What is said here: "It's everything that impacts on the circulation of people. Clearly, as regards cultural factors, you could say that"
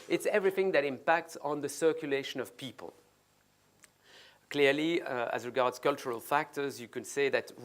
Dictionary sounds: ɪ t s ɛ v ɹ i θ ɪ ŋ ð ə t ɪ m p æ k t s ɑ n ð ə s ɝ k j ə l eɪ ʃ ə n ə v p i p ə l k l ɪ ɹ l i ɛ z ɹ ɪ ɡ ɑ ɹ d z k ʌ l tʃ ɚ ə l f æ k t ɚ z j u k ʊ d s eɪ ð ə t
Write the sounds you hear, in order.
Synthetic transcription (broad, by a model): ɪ t s ɛ v ɹ i θ ɪ ŋ ð ə t ɪ m p æ k t s n ð ə s ɝ k j ə l eɪ ʃ ə n ə v p i p ə l k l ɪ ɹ l i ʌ z ɹ ɪ ɡ ɑ ɹ d z k ʌ l tʃ ɚ ə l f æ k t ɚ z j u k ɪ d s eɪ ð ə t